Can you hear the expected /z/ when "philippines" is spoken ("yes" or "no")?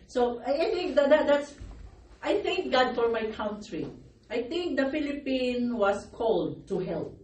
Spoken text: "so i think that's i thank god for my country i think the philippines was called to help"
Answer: no